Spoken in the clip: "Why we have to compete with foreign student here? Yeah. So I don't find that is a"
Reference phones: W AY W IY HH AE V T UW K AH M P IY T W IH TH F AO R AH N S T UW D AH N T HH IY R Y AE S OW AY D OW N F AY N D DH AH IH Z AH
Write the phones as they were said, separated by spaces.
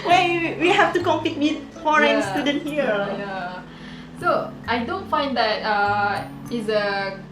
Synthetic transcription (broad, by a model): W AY W IY HH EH F T UW K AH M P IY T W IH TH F AO R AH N S T UW D AH N T HH IY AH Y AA S OW AY D OW N F AY N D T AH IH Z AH